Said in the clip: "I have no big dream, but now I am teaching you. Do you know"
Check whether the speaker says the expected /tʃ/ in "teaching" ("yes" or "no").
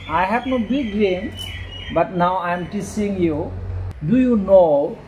no